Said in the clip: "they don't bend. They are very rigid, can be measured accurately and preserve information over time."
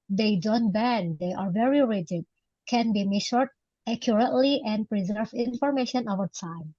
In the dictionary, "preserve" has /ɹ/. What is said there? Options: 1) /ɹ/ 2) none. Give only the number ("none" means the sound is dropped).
1